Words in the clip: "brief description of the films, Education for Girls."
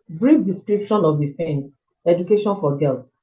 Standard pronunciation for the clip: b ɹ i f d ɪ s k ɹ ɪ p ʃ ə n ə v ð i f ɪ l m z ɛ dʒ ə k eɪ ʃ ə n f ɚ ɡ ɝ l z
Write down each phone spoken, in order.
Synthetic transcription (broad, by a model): b ɹ i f d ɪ s k ɹ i p ʃ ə n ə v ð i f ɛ m s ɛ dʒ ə k eɪ ʃ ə n f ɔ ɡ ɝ l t